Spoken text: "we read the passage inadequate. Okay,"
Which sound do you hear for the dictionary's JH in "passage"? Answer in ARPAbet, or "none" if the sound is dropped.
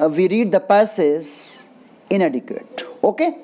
Z